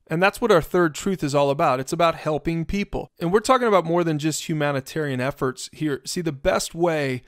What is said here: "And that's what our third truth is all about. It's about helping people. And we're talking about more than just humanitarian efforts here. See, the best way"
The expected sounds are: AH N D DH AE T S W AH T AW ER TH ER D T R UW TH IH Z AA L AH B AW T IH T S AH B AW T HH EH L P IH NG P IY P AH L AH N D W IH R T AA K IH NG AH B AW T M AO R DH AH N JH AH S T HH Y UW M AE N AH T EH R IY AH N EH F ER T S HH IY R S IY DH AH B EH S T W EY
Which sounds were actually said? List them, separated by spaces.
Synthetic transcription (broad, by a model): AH N DH AE T S W AH T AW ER TH ER D T R UW TH IH Z AA L AH B AW T IH T S AH B AW T HH EH L P IH NG P IY P L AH N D W IH R T AA K IH NG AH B AW T M AO R DH AH N JH AH S T HH Y UW M AE N AH T EH R IY AH N EH F ER T S HH IY R S IY DH AH B EH S T W EY